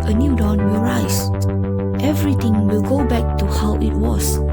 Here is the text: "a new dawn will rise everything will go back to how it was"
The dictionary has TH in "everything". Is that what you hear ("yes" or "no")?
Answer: no